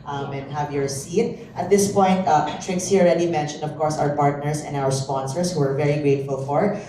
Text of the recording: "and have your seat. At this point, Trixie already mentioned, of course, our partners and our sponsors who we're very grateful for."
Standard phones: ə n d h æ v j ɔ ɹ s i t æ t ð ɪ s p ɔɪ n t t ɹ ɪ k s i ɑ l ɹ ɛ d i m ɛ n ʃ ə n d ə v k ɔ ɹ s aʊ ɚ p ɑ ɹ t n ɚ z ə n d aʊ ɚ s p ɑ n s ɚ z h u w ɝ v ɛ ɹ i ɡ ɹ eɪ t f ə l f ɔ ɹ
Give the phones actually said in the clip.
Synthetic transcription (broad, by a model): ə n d h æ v j ɔ ɹ s i t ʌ t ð ɪ s p ɔɪ n t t ɹ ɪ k s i ɑ l ɹ ɛ d i m ɛ n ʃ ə n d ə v k ɔ ɹ s aʊ ɚ p ɑ ɹ t n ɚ s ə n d aʊ ɚ s p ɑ n s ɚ s h u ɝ v ɛ ɹ i ɡ ɹ eɪ t f ə l f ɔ ɹ